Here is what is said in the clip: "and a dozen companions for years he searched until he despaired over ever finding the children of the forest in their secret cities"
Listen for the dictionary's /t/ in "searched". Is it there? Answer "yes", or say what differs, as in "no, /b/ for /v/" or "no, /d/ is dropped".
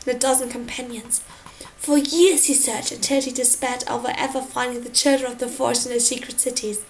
no, /t/ is dropped